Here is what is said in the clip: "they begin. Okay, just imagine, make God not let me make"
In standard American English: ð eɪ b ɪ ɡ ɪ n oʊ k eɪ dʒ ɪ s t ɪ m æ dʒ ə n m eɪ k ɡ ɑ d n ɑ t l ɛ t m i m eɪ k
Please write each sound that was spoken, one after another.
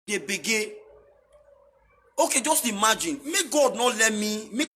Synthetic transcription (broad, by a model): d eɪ b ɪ ɡ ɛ oʊ k eɪ dʒ ɪ s t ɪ m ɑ dʒ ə n m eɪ ɡ ɑ d n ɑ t l ɛ t m i m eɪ